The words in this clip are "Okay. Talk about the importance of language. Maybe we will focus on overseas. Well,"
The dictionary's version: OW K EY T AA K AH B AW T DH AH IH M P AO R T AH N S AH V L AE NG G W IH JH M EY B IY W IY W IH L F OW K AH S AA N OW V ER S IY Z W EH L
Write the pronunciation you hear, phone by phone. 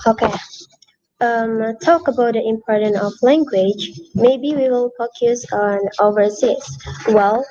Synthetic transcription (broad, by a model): OW K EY T AA K AH B AW T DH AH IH M P AO R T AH N AH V L AE NG G W IH JH M EY B IY W IY W IH L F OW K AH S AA N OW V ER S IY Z W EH L